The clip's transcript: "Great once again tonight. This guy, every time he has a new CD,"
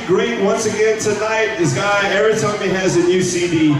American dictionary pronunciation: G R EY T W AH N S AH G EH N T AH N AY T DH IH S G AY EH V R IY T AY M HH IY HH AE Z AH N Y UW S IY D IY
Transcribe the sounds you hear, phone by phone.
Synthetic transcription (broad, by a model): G R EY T W AH N S AH G EH N T AH N AY T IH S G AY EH R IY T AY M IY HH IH Z AH N Y UW S IY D IY